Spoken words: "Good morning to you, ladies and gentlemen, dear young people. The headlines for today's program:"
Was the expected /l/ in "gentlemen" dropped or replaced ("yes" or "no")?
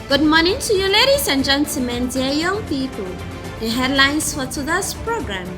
yes